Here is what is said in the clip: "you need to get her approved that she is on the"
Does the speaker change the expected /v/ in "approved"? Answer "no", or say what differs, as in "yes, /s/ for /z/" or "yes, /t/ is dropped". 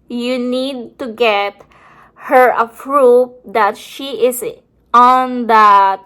yes, /p/ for /v/